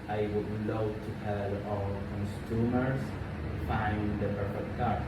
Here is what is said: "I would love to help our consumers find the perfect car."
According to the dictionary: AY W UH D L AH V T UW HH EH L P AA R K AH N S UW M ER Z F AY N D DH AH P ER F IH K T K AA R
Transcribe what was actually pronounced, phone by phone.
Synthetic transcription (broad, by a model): AY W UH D L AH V T UW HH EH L AA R K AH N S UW M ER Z F AY N D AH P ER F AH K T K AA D